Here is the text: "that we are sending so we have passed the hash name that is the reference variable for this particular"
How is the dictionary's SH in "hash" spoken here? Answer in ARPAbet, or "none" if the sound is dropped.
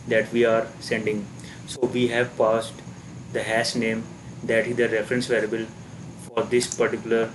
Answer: S